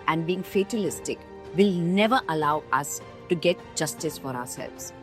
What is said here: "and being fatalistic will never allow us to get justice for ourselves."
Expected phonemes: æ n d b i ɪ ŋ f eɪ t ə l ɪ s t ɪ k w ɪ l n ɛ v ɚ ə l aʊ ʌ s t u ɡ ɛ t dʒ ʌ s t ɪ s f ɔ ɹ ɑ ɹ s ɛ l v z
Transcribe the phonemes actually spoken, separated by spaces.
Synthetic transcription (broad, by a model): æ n d b i ɪ ŋ f eɪ t ə l ɪ s t ɪ k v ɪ l n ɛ v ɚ ə l aʊ ʌ s t u ɡ ɛ t dʒ ʌ s t ɪ s f ɔ ɹ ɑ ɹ s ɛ l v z